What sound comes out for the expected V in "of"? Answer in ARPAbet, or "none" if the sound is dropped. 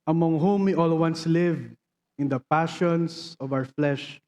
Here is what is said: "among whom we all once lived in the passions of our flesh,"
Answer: V